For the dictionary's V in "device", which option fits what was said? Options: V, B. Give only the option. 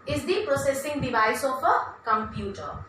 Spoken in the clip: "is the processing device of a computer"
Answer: B